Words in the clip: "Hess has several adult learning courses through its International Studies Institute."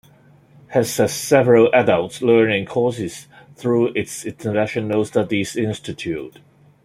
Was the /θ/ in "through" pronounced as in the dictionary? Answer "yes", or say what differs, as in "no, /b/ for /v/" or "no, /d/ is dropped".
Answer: yes